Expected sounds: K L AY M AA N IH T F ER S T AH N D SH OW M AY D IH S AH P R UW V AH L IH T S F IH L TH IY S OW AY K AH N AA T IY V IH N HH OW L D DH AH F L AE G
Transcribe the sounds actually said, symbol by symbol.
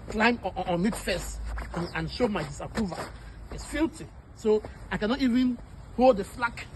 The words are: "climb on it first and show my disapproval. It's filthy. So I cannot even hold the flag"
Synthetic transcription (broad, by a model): K L AY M AA N IH T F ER S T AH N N SH OW M AY D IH S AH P R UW V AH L IH T S F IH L T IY S OW AY K AH N AA T IY V IH N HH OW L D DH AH F L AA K